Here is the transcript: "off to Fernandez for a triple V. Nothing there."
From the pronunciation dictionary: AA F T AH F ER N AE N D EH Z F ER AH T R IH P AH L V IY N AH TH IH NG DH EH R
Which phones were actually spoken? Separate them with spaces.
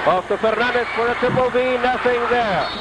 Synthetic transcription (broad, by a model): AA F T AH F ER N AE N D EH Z F ER AH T IH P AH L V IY N AH TH IH NG DH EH R